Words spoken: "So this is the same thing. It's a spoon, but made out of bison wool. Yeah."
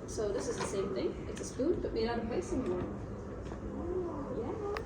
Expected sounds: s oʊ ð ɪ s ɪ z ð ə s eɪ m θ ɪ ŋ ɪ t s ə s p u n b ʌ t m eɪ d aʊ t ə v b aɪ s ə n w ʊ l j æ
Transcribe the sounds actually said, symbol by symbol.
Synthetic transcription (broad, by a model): s oʊ ð ɪ s ɪ z ð ə s eɪ m θ ɪ ŋ ɪ t s ə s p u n b ʌ t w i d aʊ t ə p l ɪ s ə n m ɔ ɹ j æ